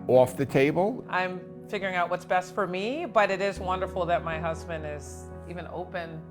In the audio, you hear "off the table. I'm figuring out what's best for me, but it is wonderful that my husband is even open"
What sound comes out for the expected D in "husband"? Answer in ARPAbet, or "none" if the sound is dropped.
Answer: D